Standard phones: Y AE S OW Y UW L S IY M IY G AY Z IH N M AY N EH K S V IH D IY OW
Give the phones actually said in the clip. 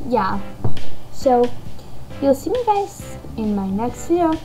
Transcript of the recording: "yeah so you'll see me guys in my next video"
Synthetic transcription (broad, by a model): Y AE S OW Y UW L S IY M IY G AY Z IH N M AY N EH K S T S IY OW